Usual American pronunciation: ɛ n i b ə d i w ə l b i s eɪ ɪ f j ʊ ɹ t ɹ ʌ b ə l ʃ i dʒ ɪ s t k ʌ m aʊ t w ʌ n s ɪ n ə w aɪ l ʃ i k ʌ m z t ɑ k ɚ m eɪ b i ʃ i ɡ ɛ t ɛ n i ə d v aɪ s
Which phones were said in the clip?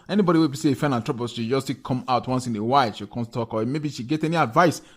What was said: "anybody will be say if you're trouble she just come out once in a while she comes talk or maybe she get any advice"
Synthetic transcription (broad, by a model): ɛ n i b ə d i w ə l b i s eɪ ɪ f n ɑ l t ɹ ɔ b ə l ʃ i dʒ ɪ s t k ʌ m aʊ t w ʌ n s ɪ n ə w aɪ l ʃ i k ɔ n t ɑ k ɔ m eɪ b i ʃ i ɡ ɛ t ɛ n i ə d v aɪ s